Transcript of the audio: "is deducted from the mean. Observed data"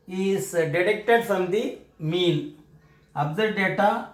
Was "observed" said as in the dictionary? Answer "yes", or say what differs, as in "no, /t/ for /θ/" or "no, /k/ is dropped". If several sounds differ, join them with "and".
no, /v/ is dropped